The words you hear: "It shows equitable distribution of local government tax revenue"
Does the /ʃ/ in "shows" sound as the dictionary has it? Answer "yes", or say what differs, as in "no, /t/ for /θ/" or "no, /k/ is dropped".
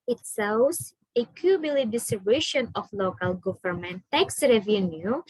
no, /s/ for /ʃ/